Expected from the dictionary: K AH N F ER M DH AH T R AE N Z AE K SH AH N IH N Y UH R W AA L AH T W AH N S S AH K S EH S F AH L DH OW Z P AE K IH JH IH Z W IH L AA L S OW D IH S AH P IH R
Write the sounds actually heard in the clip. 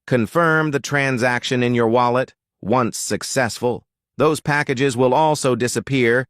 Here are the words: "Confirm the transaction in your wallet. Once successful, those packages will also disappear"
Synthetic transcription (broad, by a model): K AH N F ER M DH AH T R AE N Z AE K SH AH N IH N Y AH R W AA L AH T W AH N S S AH K S EH S F AH L DH OW Z P AE K IH JH IH Z W IH L AA L S OW D IH S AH P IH R